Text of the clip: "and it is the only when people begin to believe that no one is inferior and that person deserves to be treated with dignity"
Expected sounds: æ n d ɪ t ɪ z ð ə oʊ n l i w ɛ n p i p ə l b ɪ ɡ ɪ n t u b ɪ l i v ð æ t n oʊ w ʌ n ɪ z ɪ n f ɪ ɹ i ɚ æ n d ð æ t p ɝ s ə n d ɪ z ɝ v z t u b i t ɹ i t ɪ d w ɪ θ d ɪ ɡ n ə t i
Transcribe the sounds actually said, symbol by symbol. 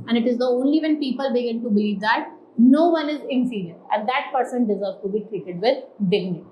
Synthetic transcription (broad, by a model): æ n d ɪ t ɪ z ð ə oʊ n l i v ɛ n p i p ə l b ɪ ɡ ɪ n t u b ɪ l i v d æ t n oʊ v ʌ n ɪ z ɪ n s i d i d æ n d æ t p ɝ s ə n d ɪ z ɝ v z t u b i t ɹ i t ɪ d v ɪ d d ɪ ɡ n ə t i